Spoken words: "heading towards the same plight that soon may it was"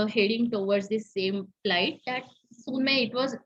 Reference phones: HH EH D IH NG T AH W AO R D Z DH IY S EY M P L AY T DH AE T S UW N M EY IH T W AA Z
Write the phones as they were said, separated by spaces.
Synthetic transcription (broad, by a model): HH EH D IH NG T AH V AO R D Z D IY S EY M F L AY T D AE T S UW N M EY IH T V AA Z